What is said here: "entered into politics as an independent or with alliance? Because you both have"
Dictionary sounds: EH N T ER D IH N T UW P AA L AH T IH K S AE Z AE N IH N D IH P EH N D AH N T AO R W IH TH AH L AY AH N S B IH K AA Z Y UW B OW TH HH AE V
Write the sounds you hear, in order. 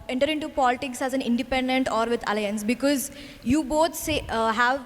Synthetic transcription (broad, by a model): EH N T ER D IH N T UW P AA L AH T IH K S AE Z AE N IH N D IH P EH N D AH N T AO R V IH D AH L AY AH N S B IH K AA Z Y UW B OW S HH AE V